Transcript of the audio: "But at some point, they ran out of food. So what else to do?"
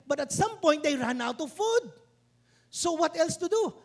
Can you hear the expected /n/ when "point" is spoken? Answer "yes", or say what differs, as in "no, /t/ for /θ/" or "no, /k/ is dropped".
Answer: no, /n/ is dropped